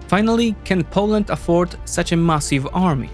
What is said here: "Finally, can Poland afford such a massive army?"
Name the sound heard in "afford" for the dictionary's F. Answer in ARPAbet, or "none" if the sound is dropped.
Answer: F